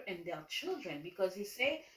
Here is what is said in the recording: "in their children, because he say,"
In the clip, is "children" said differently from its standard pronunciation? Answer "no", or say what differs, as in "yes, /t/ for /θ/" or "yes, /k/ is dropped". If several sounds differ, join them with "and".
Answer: no